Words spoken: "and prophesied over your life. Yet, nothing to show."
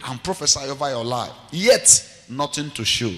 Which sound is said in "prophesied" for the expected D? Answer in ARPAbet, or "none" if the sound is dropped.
none